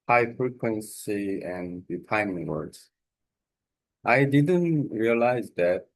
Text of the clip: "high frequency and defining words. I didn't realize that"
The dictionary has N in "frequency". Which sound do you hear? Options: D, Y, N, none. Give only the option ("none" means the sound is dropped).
N